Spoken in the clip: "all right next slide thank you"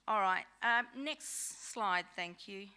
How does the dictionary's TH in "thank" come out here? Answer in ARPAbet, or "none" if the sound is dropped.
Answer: TH